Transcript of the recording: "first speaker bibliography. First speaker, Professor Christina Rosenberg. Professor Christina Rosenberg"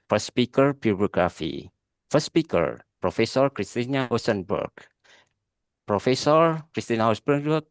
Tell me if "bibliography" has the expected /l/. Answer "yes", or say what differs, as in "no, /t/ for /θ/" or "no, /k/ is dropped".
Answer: no, /l/ is dropped